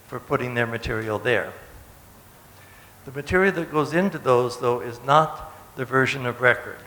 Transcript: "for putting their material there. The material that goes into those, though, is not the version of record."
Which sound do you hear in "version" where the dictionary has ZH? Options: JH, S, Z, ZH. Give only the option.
ZH